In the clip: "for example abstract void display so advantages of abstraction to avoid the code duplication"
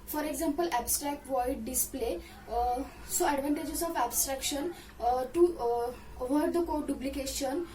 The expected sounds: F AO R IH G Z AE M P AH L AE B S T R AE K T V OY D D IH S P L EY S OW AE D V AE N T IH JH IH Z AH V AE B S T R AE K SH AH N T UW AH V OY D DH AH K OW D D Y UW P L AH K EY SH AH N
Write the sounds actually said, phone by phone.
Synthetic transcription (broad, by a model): F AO R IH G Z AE M P AH L AE B S T R AE K T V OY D D IH S P L EY S OW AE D V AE N T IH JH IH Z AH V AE B S T R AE K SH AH N T UW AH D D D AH K OW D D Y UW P L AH K EY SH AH N